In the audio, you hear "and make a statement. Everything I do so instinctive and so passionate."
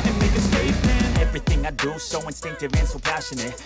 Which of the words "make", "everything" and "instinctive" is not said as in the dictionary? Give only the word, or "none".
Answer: none